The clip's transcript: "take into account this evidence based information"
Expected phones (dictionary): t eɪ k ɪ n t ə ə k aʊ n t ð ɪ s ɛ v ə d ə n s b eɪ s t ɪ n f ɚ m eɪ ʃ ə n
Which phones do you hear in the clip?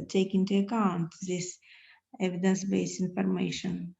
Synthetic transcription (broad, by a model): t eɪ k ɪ n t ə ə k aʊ n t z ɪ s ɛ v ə d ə n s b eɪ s ɪ n f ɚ m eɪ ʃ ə n